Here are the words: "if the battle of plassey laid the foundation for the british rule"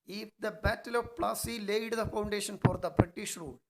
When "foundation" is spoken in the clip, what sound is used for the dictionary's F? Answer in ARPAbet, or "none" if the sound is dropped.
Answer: F